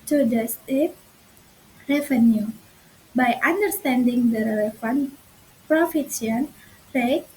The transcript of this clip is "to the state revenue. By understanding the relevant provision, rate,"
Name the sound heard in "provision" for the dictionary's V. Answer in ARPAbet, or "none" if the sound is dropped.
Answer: F